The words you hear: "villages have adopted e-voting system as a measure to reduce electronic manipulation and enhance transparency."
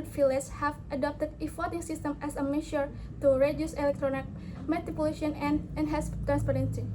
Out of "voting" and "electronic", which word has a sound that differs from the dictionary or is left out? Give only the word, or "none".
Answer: voting